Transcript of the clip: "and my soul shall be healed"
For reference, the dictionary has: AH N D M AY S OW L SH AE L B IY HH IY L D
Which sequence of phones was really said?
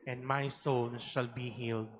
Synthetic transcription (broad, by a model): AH N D M AY S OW N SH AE L B IY HH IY L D